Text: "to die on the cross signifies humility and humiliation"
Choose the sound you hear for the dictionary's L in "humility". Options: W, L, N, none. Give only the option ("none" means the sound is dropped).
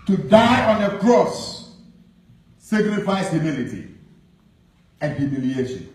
L